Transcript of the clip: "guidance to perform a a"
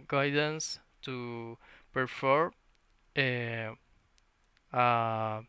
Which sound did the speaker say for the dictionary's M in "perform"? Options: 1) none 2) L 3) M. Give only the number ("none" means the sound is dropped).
1